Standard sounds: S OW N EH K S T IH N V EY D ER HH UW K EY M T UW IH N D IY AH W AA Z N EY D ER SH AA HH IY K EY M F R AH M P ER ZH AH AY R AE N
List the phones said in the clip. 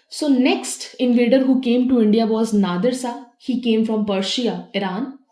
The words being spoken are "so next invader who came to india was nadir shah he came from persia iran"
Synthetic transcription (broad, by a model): S OW N EH K S T IH N V EY D ER HH UW K EY M T UW IH N D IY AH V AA Z N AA D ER S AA HH IY K EY M F R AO M P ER SH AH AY R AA N